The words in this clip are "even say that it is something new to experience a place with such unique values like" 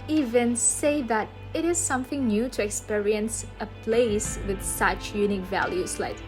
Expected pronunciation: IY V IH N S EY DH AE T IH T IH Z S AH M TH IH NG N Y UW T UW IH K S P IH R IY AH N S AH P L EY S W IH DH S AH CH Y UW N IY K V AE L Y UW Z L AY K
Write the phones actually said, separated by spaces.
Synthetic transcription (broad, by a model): IY V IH N S EY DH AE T IH T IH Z S AH M TH IH NG N Y UW T UW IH K S P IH R IY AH N S AH P L EY S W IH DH S AH CH Y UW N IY K V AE L Y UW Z L AY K